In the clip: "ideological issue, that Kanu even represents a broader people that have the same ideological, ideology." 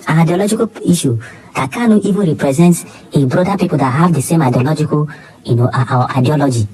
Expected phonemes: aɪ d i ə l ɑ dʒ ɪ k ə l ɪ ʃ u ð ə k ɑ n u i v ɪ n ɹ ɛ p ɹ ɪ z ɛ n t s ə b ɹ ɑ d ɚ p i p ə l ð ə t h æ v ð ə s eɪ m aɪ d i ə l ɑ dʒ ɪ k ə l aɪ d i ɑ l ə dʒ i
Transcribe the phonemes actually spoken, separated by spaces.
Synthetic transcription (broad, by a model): aɪ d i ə l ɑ dʒ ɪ k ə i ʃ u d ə k ɑ n u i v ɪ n ɹ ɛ p ɹ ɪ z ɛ n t ə b ɹ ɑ d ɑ p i p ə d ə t h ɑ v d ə s eɪ m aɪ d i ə l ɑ dʒ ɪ k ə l aɪ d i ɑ l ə dʒ i